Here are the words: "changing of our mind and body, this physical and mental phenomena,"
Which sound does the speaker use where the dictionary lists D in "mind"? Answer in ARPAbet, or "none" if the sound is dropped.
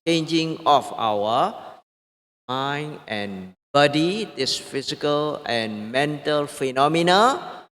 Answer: none